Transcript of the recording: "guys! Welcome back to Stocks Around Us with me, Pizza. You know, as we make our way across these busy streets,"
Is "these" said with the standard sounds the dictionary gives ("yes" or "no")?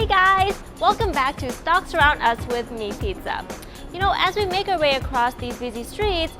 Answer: yes